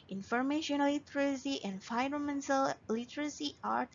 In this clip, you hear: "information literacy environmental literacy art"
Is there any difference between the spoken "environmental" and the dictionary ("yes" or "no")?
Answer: yes